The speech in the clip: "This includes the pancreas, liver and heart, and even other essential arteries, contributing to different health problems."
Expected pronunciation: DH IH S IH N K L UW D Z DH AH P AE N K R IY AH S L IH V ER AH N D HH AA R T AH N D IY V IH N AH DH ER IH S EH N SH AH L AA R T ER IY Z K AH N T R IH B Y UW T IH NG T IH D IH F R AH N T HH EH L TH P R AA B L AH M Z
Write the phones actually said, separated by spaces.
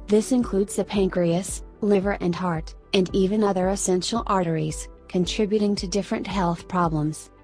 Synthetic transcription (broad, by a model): DH IH S IH N K L UW D Z DH AH P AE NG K R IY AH S L IH V ER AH N HH AA R T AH N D IY V IH N AH DH ER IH S EH N SH L AA R T ER IY Z K AH N T R IH B Y UW T IH NG T IH D IH F R AH N T HH EH L TH P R AA B L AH M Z